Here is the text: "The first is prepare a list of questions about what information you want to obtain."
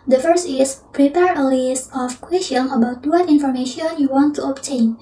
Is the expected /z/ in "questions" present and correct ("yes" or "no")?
no